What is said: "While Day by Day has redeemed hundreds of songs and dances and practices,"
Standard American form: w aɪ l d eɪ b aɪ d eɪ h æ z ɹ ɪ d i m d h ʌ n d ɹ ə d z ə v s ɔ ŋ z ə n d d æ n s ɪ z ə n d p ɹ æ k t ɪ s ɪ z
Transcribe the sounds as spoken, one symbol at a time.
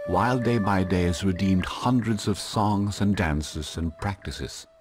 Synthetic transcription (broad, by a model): w aɪ l d eɪ b aɪ d eɪ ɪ z ɹ ɪ d i m d h ʌ n d ɹ ə d z ə v s ɔ ŋ z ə n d d æ n s ɪ z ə n p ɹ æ k t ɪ s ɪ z